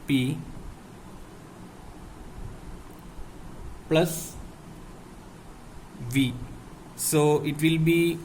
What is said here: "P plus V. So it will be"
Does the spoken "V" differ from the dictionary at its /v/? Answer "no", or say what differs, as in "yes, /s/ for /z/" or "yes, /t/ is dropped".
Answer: no